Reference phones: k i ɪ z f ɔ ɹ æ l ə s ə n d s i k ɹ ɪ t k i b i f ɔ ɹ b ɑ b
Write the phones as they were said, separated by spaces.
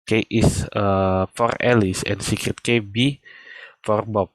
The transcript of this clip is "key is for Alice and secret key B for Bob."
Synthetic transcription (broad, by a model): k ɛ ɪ s f ɔ ɹ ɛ l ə s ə n s i k ɹ ɪ t k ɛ b i f ɔ ɹ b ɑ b